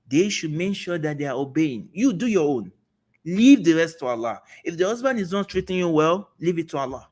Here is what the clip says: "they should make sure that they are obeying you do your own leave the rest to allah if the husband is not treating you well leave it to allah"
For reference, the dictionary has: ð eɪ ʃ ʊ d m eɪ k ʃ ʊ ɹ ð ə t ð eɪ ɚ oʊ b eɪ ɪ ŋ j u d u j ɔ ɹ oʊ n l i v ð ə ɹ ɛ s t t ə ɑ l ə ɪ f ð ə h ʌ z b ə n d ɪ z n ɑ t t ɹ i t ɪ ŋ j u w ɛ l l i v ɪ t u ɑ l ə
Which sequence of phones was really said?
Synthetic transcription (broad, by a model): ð eɪ ʃ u d m eɪ k ʃ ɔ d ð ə t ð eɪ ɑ oʊ b eɪ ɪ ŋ j u d u j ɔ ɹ oʊ n l i v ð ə ɹ ɛ s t t ə ɑ l ə ɪ f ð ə h ʌ z b ə n d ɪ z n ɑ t t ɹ i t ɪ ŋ j u w ɛ l l i v ɪ t u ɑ l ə